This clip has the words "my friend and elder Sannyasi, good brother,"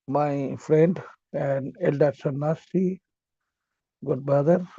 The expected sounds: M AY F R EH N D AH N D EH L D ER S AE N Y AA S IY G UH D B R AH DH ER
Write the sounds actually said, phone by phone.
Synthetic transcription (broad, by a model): M AY F R EH N D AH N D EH L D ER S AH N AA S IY G UH D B R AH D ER